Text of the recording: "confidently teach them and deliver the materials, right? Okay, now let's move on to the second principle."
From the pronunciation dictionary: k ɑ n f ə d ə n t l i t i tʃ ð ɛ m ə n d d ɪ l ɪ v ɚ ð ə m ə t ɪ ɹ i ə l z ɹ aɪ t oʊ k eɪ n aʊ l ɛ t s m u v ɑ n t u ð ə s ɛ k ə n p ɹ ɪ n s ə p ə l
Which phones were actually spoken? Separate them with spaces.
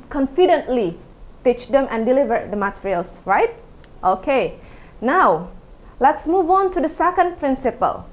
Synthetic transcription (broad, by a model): k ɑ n f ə d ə n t l i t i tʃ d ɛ m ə n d d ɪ l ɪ v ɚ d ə m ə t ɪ ɹ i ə l s ɹ aɪ t oʊ k eɪ n aʊ l ɛ t s m u v ɑ n t u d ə s ɛ k ə n p ɹ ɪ n s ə p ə l